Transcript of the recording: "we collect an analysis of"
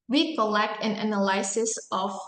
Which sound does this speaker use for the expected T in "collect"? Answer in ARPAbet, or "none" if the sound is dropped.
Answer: T